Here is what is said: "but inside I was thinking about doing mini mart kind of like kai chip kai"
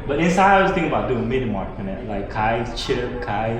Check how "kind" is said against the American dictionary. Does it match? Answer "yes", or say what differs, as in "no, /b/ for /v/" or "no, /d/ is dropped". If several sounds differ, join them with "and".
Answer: no, /d/ is dropped